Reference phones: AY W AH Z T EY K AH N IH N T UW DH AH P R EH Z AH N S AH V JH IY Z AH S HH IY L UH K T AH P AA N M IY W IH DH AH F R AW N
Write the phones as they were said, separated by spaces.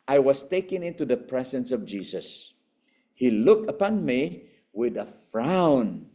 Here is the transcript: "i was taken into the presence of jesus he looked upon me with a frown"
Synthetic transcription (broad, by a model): AY W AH S T EY K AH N IH N T UW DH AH P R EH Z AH N S AH V JH IY S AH S HH IY L UH K T AH P AA N M IY W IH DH AH F R AW N